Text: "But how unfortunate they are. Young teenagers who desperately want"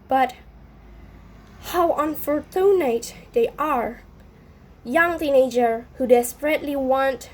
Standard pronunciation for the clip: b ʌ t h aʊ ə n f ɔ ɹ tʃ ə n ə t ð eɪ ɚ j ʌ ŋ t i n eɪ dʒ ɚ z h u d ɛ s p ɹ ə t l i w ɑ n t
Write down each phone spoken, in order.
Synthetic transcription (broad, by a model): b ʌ t h aʊ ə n f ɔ ɹ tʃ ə n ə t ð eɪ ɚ j ʌ ŋ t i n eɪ dʒ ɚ h u d ɛ s p ɹ ə t l i w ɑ n t